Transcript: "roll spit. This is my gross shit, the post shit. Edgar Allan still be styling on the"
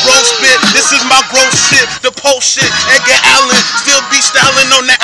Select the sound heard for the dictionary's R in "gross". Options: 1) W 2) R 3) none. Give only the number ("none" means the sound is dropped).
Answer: 3